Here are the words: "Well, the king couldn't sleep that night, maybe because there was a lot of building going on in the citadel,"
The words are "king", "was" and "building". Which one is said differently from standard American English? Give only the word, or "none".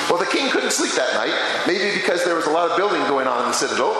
none